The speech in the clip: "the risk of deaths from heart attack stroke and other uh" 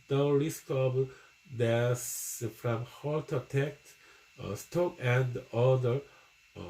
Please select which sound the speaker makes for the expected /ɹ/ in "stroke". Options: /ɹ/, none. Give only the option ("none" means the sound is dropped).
none